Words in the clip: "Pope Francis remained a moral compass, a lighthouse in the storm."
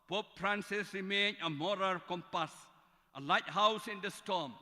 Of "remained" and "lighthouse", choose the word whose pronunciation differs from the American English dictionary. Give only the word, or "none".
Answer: remained